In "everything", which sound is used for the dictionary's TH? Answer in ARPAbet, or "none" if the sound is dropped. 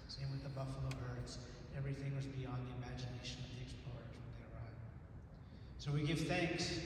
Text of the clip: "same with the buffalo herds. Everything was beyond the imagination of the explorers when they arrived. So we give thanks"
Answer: TH